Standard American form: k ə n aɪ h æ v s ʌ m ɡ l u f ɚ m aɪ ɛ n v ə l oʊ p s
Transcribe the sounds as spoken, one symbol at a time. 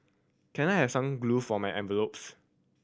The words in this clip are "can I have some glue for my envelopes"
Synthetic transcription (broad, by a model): k ə n aɪ h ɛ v s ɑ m ɡ l u f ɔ m aɪ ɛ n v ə l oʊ p s